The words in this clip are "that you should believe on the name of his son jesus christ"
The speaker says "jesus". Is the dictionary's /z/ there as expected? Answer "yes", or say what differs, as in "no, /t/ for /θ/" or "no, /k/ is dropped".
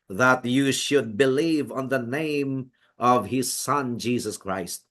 yes